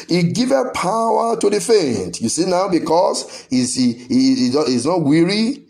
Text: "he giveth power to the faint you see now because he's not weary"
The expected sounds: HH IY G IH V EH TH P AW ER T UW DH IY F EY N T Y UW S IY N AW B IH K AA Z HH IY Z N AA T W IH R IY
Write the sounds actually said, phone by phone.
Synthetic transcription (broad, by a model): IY G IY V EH P AW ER T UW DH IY F EY N T Y UW S IY N AW B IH K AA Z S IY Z N AA T W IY R IY